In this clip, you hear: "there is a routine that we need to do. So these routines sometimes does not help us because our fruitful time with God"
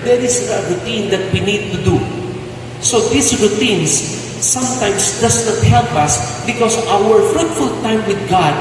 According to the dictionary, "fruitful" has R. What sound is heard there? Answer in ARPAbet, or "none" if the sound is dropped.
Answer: R